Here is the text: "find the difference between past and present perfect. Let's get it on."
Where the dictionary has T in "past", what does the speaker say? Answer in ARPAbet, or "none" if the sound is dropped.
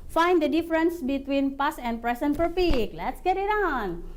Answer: none